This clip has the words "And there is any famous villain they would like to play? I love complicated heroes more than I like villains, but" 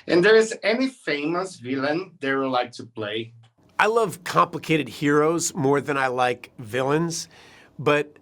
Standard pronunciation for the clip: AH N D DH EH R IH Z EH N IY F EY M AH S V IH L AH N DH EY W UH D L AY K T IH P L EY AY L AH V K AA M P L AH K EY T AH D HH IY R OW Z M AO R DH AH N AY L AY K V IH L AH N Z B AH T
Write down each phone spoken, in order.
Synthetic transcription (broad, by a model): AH N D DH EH R IH Z EH N IY F EY M AH S V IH L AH N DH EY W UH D L AY K T IH P L EY AY L AH V K AA M P L AH K EY T AH D HH IY R OW Z M AO R DH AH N AY L AY K V IH L AH N Z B AH T